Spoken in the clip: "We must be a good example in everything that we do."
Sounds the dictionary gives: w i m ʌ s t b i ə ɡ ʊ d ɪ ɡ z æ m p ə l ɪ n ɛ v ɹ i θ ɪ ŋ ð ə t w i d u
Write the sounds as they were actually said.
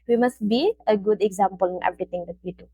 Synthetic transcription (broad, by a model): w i m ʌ s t b i ə ɡ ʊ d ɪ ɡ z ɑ m p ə l ɪ n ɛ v ɹ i t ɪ ŋ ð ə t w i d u